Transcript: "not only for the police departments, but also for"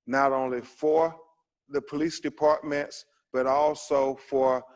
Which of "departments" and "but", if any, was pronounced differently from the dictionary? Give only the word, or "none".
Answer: none